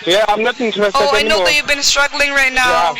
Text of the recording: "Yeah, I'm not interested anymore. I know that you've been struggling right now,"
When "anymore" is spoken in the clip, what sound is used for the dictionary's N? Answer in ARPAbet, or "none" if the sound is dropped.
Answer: none